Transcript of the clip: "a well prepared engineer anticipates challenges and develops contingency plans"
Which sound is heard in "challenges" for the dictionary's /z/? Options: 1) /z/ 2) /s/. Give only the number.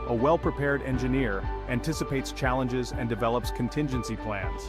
1